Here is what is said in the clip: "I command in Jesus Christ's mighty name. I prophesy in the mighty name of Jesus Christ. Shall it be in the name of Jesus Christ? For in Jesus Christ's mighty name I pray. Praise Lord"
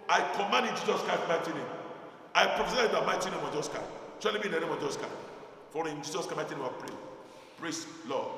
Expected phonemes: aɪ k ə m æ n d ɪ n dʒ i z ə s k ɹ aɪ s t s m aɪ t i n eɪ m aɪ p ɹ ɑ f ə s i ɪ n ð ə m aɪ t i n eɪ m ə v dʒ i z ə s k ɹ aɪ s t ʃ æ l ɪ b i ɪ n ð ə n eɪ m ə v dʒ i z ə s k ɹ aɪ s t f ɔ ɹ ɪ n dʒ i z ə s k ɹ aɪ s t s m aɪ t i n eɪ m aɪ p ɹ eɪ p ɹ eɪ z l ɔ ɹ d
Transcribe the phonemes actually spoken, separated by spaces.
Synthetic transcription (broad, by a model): aɪ k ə m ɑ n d ɪ n dʒ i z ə s k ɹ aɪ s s m aɪ t i n eɪ m aɪ p ɹ ɑ f ə s i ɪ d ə m aɪ t i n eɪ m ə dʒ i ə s k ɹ aɪ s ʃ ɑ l ɪ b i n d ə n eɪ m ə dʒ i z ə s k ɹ aɪ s f ɔ ɹ ɪ n dʒ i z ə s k aɪ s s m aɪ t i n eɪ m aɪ p ɹ eɪ p ɹ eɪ s l ɔ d